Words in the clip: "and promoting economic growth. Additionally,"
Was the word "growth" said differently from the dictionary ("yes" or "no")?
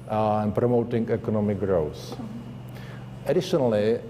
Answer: yes